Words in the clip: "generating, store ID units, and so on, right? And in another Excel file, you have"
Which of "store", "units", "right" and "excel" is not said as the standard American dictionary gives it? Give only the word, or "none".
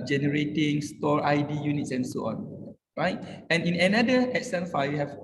excel